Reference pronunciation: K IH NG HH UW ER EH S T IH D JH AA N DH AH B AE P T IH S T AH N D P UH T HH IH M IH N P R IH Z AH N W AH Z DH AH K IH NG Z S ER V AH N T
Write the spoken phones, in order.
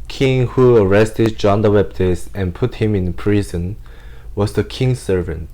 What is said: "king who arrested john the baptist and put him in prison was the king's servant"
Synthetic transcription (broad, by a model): K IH NG HH UW ER EH S T IH D JH AA N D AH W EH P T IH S AH N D P UH T HH IH M IH N P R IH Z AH N W AH Z DH AH K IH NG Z S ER V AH N T